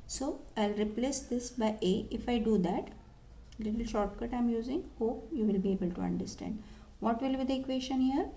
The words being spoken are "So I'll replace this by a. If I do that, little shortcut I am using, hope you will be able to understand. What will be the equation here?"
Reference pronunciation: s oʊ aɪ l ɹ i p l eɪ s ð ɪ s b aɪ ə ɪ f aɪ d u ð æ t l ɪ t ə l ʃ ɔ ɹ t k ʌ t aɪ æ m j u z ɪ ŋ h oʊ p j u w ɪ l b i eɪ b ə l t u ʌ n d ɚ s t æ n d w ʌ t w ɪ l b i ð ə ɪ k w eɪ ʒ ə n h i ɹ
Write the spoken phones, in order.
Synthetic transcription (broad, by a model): s oʊ aɪ l ɹ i p l eɪ s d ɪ s b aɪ ə ɪ f aɪ d u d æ t l ɪ t ə l ʃ ɔ ɹ t k ʌ t aɪ m j u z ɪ ŋ h oʊ p j u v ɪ l b i eɪ b ə l t u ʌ n d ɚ s t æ n d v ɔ t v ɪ l b i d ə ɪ k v eɪ ʃ ə n h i ɹ